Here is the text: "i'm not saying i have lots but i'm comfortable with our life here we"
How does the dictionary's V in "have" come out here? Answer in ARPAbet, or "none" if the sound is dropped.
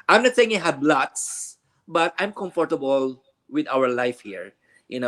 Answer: B